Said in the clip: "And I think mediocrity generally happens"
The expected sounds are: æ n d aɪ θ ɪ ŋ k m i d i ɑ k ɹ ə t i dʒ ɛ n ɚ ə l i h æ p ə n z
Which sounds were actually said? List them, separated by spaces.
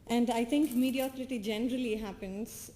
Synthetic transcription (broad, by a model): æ n d aɪ t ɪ ŋ k m i d i ɑ k ɹ ə t i dʒ ɛ n ɚ ə l i h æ p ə n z